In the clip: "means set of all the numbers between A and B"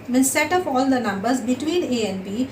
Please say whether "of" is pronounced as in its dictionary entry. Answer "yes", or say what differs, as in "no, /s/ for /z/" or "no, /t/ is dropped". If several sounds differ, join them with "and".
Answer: no, /p/ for /v/